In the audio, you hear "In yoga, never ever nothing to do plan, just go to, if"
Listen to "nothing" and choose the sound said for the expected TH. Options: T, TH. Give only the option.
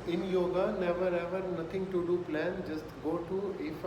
T